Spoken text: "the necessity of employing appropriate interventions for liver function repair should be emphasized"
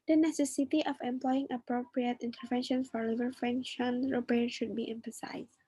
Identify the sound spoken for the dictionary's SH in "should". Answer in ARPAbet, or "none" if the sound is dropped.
SH